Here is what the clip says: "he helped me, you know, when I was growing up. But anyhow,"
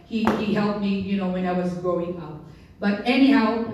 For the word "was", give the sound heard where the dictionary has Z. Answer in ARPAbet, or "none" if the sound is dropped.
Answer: Z